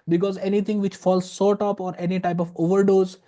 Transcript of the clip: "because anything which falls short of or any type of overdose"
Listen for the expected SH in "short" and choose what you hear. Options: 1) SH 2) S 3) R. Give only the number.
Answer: 2